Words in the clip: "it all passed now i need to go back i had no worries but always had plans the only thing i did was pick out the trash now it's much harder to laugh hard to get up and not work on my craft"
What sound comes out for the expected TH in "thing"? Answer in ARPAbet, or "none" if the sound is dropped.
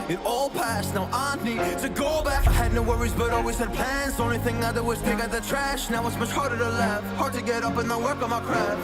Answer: TH